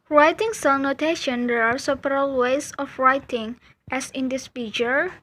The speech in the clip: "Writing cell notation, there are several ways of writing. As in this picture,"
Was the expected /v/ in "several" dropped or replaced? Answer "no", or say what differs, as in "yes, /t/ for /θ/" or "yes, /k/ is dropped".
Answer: yes, /p/ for /v/